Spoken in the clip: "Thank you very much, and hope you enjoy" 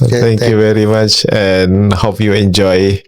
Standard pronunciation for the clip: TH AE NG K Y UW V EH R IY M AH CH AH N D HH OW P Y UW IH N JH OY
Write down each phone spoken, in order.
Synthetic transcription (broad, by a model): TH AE NG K Y UW V EH R IY M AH CH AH N HH OW P Y UW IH N JH OY